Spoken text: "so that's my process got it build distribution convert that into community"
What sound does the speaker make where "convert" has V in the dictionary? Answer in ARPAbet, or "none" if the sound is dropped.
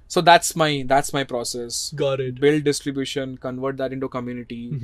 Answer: V